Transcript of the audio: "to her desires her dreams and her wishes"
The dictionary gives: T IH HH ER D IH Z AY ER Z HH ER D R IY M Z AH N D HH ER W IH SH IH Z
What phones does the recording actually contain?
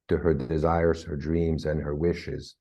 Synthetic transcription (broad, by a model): T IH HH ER D IH Z AY ER Z HH ER D R IY M Z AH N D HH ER W IH SH IH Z